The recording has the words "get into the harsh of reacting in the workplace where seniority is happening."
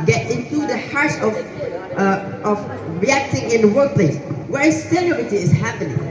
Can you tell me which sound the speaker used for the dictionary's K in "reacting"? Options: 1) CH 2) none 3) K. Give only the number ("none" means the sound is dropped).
3